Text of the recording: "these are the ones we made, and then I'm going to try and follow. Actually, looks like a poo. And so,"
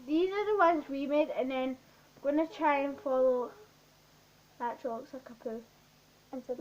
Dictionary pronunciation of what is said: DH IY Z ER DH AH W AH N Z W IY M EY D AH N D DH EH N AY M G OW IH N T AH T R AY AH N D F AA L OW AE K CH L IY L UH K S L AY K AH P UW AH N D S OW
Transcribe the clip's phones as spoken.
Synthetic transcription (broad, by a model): DH IY Z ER DH AH W AH N Z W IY M EY D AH N DH EH N G OW IH N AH T R AY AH N F AA L OW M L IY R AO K S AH K AH P UW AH N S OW